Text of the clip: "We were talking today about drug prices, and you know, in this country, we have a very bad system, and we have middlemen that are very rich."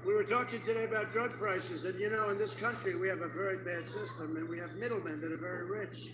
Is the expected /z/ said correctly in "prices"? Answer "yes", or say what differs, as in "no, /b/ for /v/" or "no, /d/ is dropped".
yes